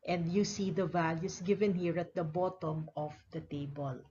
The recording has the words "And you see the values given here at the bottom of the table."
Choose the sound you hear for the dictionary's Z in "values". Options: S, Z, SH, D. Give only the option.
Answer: S